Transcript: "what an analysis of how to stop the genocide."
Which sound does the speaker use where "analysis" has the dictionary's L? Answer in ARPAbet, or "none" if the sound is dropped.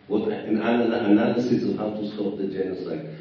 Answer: N